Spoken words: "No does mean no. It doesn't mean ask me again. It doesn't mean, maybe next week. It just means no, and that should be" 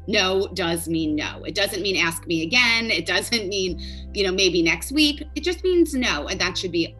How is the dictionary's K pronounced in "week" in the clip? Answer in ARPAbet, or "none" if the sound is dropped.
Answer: K